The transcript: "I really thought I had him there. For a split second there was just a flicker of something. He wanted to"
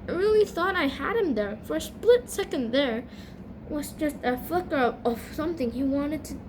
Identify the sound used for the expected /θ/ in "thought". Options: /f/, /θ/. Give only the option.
/θ/